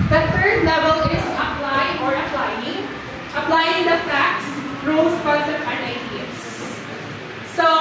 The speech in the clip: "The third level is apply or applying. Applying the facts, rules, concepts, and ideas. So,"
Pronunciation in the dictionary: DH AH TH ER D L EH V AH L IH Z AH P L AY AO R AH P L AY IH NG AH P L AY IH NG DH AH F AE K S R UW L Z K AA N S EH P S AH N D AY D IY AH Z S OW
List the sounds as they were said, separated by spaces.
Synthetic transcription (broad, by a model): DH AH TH ER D L EH V AH L IH Z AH P L AY AO R AH P L AY IH NG AH P L AY IH NG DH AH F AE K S R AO Z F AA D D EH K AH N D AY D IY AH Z S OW